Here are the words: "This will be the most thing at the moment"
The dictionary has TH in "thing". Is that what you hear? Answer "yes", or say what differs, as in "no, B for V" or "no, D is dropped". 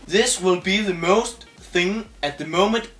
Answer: yes